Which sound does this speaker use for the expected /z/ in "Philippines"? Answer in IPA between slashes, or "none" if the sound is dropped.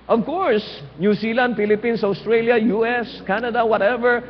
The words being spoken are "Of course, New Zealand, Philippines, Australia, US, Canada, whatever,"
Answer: /s/